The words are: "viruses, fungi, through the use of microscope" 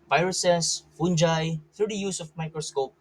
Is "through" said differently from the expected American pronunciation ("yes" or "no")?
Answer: yes